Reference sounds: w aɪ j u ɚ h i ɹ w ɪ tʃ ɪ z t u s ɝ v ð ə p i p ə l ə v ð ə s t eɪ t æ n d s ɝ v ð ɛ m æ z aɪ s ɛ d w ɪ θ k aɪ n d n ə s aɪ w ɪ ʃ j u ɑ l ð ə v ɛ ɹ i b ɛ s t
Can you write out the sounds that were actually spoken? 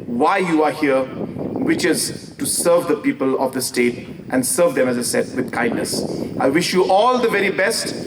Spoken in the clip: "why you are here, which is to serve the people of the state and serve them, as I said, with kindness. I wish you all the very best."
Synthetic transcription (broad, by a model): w aɪ j u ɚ h i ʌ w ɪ tʃ ɪ z t u s ɝ v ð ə p i p ə l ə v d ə s t eɪ t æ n d s ɝ v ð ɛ m æ z aɪ s ɛ d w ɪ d k aɪ n d n ə s aɪ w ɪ ʃ j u ɑ l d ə v ɛ ɹ i b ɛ s t